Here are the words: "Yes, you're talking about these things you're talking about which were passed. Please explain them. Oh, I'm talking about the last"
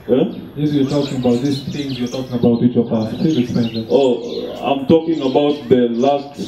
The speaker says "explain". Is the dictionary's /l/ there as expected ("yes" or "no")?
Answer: no